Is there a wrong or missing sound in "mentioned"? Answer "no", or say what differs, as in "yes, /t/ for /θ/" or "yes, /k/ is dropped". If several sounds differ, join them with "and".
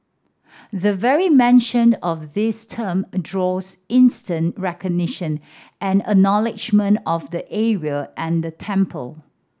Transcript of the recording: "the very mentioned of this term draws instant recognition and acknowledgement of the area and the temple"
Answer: yes, /d/ is dropped